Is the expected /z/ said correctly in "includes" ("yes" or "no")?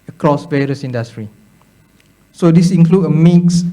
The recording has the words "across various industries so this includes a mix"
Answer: no